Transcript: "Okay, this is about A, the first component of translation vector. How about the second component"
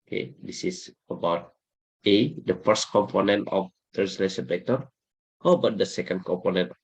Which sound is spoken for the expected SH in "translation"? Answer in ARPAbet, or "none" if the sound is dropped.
S